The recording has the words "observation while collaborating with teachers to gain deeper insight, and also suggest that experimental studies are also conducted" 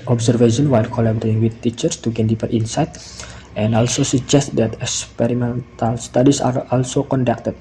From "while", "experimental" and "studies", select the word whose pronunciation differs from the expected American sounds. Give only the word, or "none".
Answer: studies